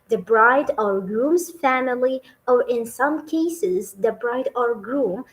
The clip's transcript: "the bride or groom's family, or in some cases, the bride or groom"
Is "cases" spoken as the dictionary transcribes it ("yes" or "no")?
yes